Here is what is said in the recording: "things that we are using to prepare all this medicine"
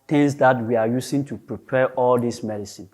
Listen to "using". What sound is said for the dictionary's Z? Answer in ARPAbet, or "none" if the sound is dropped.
S